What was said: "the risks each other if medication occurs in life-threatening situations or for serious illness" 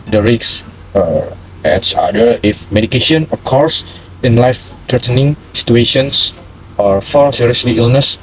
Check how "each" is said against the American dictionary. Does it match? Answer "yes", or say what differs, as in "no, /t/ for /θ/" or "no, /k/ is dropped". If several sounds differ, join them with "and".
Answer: no, /s/ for /tʃ/